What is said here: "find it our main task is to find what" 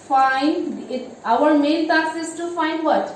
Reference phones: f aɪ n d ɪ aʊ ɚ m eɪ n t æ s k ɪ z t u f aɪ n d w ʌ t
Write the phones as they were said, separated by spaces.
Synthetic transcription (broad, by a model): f aɪ n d ɪ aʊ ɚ m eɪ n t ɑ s ɪ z t u f aɪ n d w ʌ t